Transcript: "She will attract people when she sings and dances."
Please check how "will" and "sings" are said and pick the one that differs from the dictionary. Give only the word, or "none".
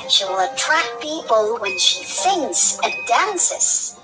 sings